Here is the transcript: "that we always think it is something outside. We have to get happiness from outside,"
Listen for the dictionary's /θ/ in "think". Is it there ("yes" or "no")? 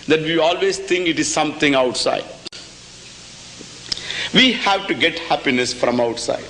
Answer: no